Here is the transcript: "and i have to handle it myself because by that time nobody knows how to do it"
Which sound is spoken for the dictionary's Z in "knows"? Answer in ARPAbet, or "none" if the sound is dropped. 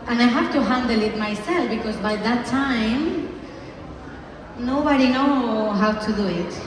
none